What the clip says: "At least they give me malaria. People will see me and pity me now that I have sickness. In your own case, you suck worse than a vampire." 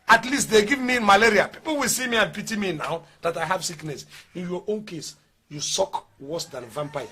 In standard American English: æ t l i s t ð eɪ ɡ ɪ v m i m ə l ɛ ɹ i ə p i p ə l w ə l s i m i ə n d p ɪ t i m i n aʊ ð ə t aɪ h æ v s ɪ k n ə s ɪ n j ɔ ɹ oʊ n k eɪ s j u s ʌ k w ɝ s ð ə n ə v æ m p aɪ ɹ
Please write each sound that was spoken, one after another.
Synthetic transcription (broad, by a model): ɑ t l i s t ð eɪ ɡ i v m i m ə l ɛ ɹ i ə p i p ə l w ə l s i m i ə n p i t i m i n aʊ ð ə t aɪ h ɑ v s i k n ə s ɪ n j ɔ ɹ oʊ n k eɪ s j u s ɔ k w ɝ s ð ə n v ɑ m p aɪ